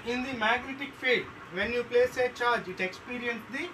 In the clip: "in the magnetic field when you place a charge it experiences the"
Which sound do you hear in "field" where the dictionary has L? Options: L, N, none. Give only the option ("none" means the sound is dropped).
none